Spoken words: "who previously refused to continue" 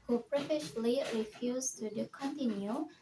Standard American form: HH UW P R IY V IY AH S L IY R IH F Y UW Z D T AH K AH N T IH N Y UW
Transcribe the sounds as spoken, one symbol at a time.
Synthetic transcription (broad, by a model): HH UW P R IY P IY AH SH L IY R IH F Y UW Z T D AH K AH N T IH N Y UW